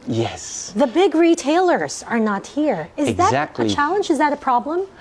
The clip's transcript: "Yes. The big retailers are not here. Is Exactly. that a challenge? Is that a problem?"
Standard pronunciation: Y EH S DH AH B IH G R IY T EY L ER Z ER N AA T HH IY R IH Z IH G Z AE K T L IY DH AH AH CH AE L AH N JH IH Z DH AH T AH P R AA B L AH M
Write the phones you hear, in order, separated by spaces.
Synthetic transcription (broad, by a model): Y EH S DH AH B IH G R IY T EY L ER Z ER N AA T HH IY R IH Z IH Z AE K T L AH AH CH AE L AH N JH IH Z DH AH T AH P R AA B L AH M